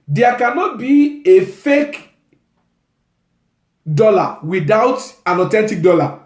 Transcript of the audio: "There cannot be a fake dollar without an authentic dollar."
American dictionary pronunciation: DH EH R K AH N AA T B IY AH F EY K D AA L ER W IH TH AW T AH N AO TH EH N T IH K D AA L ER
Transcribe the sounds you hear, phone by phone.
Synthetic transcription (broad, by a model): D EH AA K AH N AA T B IY AH F EY K D AA L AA W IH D AW T AH N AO T EH N T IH K D AA L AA